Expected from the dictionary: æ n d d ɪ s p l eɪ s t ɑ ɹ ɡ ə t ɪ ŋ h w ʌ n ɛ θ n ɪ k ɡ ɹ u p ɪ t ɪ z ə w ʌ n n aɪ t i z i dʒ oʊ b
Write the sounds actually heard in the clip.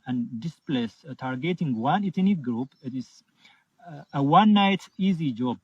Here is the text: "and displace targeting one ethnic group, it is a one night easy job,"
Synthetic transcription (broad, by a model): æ n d d ɪ s p l eɪ s t ɑ ɹ ɡ ə t ɪ ŋ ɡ w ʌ n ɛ t n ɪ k ɡ ɹ u p ɪ t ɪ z ə w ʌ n n aɪ t i z i dʒ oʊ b